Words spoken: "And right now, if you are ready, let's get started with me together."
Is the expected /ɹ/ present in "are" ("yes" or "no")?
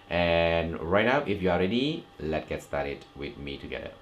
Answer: no